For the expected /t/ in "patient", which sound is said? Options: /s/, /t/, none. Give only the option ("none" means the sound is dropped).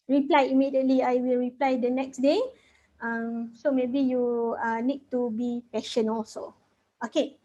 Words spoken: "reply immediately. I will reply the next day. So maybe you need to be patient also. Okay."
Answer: none